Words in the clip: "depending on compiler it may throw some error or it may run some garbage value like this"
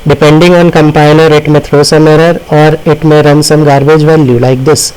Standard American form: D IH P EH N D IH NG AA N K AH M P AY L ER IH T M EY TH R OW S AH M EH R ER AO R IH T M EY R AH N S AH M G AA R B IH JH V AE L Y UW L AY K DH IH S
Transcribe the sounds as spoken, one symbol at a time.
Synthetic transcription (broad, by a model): D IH P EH N D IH NG AA N K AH M P AY N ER IH T M EY T R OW S AH M EH R ER AO R IH T M EY R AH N S AH M G AA R B IH JH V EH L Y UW L AY K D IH S